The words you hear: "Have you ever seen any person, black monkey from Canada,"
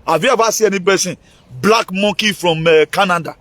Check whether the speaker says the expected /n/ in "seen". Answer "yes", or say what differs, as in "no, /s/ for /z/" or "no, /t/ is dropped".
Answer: no, /n/ is dropped